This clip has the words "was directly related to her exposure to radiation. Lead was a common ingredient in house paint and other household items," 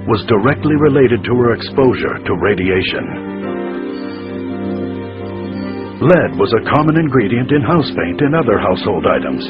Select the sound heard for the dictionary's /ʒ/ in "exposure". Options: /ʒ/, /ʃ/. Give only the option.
/ʒ/